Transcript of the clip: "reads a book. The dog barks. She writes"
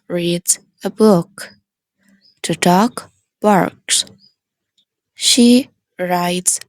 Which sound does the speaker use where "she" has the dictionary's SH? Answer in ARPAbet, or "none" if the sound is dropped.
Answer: SH